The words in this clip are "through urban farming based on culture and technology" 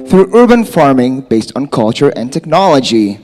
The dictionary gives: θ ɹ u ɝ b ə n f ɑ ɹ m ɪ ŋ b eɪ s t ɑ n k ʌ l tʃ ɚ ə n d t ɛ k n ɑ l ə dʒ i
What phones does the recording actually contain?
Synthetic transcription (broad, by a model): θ ɹ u ɝ b ə n f ɑ ɹ m ɪ ŋ b eɪ s t n k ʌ l tʃ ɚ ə n t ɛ k n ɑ l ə dʒ i